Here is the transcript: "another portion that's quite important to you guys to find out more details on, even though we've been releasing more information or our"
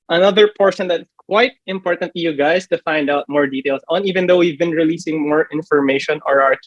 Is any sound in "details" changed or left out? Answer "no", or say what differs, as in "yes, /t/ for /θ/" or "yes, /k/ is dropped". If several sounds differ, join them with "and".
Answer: yes, /s/ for /z/